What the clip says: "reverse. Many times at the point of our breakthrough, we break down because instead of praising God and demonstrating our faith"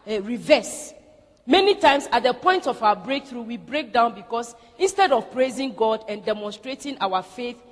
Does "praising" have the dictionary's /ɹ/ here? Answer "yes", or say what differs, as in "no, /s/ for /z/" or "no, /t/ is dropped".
yes